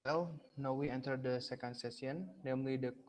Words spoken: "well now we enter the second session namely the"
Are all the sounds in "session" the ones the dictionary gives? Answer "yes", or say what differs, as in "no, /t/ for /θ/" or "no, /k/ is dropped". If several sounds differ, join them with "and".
no, /s/ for /ʃ/